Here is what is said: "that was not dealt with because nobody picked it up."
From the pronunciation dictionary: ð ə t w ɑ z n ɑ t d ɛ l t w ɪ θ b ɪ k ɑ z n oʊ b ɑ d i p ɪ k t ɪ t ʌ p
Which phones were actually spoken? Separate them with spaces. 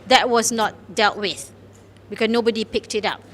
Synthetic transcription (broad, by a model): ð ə t w ɑ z n ɑ t d ɛ l t w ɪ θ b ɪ k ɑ s n oʊ b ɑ d i p ɪ k t ɪ t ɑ p